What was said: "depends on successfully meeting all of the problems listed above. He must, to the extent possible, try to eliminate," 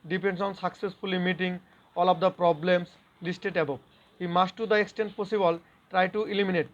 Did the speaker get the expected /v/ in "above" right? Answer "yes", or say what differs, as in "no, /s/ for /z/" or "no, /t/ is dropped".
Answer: no, /p/ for /v/